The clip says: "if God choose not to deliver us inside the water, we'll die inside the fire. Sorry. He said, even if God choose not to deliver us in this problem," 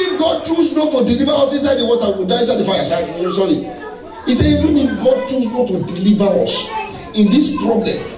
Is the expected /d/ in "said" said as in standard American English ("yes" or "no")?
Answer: no